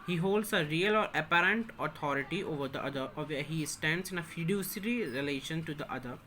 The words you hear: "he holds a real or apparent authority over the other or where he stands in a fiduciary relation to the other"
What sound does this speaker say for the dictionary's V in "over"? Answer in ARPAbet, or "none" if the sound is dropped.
V